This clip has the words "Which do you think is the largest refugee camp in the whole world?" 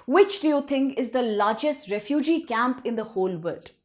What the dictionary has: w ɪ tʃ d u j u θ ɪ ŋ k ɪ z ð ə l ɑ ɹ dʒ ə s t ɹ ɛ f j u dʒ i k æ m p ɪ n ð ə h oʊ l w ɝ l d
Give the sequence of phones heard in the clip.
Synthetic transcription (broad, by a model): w ɪ tʃ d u j u t ɪ ŋ k ɪ z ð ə l ɑ ɹ dʒ ə s t ɹ ɛ f j u dʒ i k æ m p ɪ n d ə h oʊ l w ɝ l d